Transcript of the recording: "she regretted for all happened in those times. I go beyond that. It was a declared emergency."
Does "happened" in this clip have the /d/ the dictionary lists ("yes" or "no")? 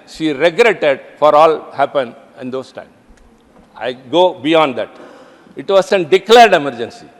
no